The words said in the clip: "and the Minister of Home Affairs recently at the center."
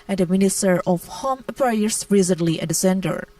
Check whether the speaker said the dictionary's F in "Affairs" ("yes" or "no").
no